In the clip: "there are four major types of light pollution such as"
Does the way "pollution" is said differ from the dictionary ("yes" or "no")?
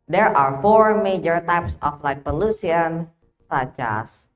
yes